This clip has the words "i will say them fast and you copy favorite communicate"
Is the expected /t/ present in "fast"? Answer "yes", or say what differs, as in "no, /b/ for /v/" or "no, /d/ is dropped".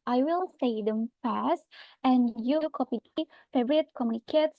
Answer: yes